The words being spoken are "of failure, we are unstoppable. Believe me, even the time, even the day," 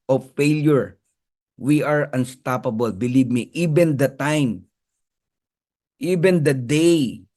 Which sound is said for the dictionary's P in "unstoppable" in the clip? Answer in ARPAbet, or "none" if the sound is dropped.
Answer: P